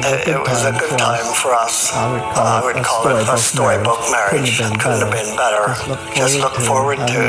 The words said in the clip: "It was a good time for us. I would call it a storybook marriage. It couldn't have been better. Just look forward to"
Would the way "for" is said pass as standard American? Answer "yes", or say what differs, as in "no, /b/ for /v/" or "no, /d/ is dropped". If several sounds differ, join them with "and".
yes